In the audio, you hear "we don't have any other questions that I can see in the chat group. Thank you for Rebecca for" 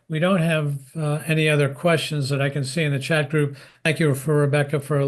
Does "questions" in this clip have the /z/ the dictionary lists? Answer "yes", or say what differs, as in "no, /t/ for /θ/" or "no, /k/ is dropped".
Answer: yes